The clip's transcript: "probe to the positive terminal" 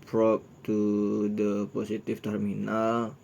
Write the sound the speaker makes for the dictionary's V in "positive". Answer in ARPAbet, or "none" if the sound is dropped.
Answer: F